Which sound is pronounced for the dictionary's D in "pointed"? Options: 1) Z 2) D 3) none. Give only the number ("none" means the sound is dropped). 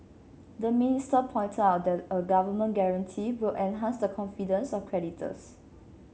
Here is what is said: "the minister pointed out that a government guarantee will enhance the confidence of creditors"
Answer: 3